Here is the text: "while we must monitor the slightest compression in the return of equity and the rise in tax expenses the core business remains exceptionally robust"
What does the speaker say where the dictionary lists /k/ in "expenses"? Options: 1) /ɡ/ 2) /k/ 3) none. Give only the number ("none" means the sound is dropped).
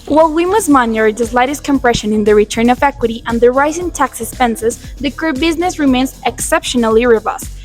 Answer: 3